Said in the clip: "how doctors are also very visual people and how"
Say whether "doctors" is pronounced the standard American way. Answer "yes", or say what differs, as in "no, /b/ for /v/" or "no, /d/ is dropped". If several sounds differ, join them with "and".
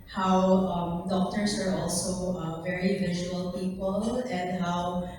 no, /s/ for /z/